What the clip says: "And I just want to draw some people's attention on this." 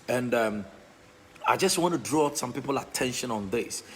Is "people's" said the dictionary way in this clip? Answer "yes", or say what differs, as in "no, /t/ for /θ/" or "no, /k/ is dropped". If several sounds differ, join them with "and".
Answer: no, /z/ is dropped